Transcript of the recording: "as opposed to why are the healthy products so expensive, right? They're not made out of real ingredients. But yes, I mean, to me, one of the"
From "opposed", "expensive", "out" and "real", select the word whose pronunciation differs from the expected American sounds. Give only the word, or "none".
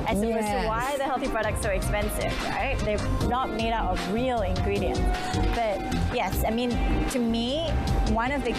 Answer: opposed